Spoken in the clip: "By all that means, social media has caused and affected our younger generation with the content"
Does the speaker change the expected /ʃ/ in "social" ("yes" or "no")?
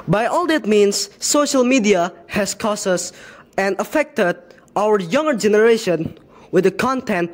no